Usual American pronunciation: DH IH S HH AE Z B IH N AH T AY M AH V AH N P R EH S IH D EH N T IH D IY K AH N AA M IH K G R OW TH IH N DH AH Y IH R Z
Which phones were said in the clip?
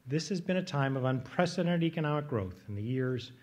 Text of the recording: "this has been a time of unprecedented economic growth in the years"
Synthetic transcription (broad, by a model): DH IH S HH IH Z B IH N AH T AY M AH V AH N P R EH S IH D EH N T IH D IY K AH N AA M IH K G R OW TH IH N DH AH Y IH R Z